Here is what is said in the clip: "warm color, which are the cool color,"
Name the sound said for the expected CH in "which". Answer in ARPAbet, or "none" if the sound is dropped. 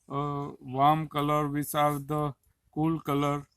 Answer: S